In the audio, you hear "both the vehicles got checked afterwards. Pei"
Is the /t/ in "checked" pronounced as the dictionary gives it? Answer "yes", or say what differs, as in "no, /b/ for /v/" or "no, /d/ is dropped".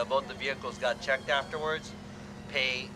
yes